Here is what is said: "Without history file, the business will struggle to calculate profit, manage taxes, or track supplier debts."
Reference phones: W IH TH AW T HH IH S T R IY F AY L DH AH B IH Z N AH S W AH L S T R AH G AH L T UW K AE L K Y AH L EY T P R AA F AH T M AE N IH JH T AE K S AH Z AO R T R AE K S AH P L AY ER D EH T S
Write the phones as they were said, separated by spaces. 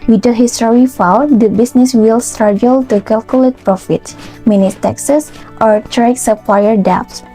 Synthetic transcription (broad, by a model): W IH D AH HH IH S T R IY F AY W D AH B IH S N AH S W AH L S T R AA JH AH L T UW K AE L K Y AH L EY T P R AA F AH T M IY N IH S T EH K S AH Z AO R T R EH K S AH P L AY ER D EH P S